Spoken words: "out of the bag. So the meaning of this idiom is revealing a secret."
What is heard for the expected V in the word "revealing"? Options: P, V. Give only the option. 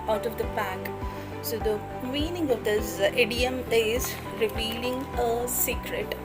P